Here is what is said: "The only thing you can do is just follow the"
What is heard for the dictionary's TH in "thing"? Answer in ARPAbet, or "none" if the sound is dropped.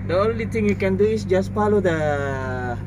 T